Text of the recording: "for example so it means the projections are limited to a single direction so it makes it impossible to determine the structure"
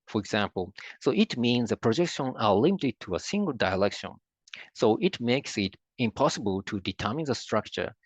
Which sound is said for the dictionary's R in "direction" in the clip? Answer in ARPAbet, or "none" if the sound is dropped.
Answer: L